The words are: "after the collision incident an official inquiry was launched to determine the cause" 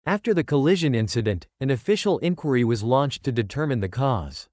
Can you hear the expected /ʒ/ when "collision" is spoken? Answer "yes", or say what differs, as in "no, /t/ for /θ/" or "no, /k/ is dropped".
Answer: yes